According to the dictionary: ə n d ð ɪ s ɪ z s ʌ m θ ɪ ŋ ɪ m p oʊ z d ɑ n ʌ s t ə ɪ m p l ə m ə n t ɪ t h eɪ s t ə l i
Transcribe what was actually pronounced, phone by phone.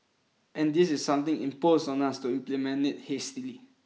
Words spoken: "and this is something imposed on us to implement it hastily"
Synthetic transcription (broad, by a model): ə n d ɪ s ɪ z s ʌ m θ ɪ ŋ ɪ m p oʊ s ɑ n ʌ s t ə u p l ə m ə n ɪ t h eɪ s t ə l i